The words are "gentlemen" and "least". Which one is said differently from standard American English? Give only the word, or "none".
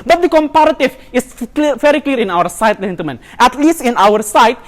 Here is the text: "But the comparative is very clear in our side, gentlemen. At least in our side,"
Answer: gentlemen